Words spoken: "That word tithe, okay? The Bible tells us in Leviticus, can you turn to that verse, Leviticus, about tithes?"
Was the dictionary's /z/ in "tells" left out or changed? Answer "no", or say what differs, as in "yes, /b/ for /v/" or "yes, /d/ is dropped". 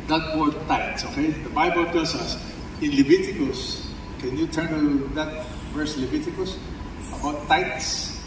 yes, /s/ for /z/